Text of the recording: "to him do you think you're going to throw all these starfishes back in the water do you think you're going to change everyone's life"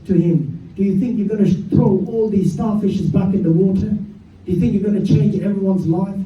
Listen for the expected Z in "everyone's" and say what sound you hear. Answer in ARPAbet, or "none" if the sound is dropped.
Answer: Z